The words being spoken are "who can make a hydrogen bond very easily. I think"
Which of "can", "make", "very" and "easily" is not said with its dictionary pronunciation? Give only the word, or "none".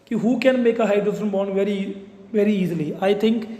none